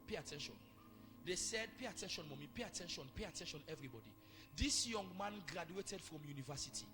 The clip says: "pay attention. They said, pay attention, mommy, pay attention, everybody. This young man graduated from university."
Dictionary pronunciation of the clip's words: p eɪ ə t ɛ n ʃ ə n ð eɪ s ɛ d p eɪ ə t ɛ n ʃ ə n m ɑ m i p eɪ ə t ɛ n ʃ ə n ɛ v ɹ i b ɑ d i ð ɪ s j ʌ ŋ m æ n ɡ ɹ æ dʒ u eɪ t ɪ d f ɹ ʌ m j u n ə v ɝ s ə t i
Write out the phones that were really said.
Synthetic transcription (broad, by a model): p eɪ ə t ɛ n ʃ ə n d eɪ s ɛ d p eɪ ə t ɛ n ʃ ə n m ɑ m i p eɪ ə t ɛ n ʃ ə n ɛ v ɹ i b ɑ d i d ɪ s j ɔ ŋ m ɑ n ɡ ɹ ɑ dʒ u eɪ t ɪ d f ɹ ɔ m j u n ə v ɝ s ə t i